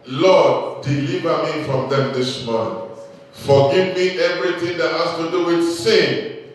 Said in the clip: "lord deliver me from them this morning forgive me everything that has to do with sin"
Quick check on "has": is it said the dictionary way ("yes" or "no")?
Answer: no